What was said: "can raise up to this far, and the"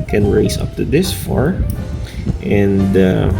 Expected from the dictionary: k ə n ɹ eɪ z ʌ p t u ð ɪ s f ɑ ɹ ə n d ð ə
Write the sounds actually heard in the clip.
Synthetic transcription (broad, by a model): k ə n ɹ eɪ s ʌ p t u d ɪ s f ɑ ɹ ə n d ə